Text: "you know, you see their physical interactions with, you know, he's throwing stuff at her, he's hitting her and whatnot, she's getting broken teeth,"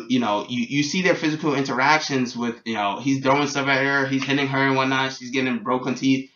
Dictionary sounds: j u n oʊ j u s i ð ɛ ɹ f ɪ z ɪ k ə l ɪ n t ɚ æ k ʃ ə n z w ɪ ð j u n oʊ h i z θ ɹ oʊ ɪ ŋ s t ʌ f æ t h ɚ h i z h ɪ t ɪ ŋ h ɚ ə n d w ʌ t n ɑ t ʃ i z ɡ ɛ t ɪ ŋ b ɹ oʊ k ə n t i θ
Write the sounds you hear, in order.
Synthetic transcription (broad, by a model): j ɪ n oʊ j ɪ s i ð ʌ ɹ f ɪ z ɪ k l ɪ n t ɚ æ k ʃ ə n z w ɪ ð j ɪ n oʊ h i z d ɹ oʊ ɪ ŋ s t ʌ f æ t h ɚ h i z h ɪ t ɪ ŋ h ɚ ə n w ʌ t n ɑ t ʃ i z ɡ ɛ t ɪ ŋ b ɹ oʊ k ə n t i θ